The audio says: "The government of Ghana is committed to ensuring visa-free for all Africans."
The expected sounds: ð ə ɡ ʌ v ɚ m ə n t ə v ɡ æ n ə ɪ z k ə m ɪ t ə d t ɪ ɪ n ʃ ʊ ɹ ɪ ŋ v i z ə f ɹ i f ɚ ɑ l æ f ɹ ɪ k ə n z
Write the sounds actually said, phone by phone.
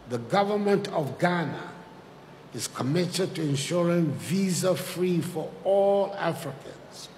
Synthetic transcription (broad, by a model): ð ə ɡ ʌ v ɚ m ə n t ə v ɡ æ n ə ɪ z k ə m ɪ t ə d t ɪ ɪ n ʃ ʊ ɹ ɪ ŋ v i z ə f ɹ i f ɚ ɑ l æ f ɹ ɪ k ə n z